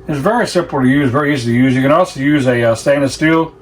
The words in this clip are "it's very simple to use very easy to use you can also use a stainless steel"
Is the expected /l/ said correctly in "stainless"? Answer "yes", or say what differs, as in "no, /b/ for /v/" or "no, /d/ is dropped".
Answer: no, /l/ is dropped